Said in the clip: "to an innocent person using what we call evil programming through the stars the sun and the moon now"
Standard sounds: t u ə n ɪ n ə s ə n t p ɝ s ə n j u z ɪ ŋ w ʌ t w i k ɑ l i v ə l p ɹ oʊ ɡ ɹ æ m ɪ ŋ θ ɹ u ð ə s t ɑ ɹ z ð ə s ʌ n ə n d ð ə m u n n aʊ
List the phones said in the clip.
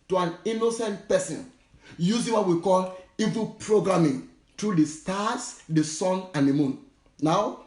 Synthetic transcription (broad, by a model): t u ə n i n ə s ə n t p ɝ s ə n j u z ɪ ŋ w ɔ t w i k ɑ l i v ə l p ɹ oʊ ɡ ɹ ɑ m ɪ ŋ t ɹ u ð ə s t ɑ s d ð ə s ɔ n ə n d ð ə m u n n aʊ